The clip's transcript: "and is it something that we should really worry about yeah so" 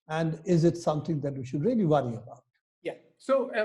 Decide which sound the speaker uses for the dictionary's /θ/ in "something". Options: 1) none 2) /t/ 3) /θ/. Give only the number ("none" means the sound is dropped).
2